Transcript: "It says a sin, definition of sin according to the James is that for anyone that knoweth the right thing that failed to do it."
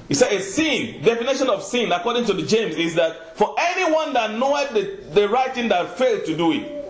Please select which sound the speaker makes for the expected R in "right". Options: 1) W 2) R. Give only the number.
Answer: 2